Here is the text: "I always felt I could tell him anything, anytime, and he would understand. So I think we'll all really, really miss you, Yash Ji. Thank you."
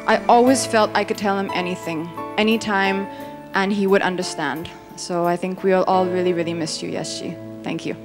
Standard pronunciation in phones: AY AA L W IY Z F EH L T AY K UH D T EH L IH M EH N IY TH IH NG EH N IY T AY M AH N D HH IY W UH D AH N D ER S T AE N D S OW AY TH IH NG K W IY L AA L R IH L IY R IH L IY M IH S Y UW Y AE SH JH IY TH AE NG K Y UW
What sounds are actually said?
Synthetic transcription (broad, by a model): AY AA L W IY Z F EH L T AY K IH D T EH L IH M EH N IY TH IH NG EH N IY T AY M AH N IY W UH D AH N D ER S T AE N D S OW AY TH IH NG K W IY L AA L R IH L IY R IH L IY M IH S Y UW Y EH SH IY TH AE NG K Y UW